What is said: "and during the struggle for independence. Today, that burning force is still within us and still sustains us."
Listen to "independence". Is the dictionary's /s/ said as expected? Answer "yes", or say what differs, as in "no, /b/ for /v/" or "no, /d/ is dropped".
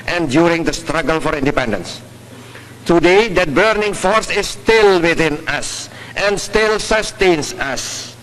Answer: yes